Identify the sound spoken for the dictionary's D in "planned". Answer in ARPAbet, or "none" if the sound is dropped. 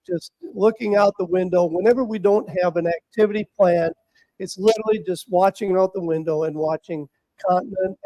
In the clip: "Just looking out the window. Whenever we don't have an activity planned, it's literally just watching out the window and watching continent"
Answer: none